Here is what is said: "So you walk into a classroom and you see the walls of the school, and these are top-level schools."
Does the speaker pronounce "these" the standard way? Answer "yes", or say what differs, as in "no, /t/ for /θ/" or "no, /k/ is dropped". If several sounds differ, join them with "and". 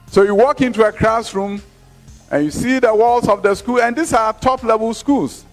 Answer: no, /s/ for /z/